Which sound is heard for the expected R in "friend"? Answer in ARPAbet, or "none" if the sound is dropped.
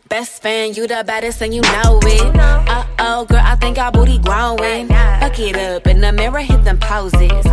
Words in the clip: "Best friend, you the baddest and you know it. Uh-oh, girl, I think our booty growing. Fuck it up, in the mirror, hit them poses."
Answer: none